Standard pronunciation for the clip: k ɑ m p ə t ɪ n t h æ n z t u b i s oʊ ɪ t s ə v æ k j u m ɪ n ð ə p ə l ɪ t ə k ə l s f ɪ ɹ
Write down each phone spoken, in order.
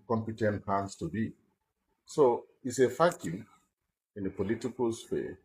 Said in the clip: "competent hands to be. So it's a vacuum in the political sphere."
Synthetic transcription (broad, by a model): k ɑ m p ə t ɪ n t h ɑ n s t u b i s oʊ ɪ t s ə f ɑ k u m ɪ n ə p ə l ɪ t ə k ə l s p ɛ